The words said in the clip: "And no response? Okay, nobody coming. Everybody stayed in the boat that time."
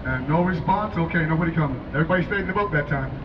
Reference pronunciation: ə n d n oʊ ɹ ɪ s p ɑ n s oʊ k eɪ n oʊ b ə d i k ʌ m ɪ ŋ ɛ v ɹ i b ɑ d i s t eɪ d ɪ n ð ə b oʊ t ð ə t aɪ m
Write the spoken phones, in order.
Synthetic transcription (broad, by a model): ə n n oʊ w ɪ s p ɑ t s oʊ k eɪ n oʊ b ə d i k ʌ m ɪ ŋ ɛ v ɹ i b ɑ d i s t eɪ d ɪ n ð ə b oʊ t ð ə t aɪ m